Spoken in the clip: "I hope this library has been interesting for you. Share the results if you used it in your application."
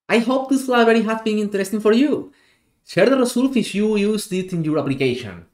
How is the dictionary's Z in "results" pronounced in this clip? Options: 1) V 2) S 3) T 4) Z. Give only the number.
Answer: 2